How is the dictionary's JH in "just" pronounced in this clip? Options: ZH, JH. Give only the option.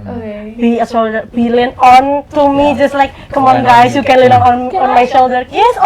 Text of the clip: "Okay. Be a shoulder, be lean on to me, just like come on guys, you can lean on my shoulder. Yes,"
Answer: JH